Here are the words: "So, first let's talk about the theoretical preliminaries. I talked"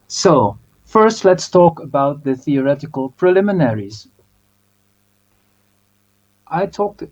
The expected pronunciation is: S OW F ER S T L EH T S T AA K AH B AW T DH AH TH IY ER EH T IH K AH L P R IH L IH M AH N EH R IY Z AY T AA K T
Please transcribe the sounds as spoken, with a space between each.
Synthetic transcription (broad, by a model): S OW F ER S T L EH T S T AA K AH B AW T DH AH TH IY ER EH T IH K AH L P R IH L IH M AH N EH R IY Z AY T AA K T